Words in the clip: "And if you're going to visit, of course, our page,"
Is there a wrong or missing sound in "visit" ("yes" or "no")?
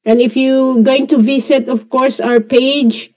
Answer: yes